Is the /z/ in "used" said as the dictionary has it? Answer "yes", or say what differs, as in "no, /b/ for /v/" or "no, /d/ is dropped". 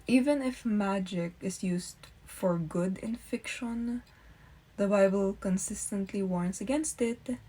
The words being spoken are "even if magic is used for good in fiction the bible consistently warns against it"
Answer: no, /s/ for /z/